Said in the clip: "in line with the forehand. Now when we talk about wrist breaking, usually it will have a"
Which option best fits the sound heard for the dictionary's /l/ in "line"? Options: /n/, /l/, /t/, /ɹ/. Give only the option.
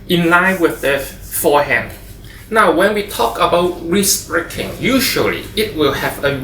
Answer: /l/